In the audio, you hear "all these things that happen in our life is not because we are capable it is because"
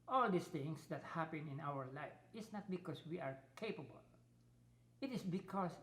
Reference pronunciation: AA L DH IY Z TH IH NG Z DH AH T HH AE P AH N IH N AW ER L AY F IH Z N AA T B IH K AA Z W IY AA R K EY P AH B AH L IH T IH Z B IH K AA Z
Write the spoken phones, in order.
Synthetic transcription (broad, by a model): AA L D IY S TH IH NG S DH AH T HH AE P AH N IH N AW ER L AY F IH S N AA T B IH K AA S W IY AA R K EY P AH B AH L IH T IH S B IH K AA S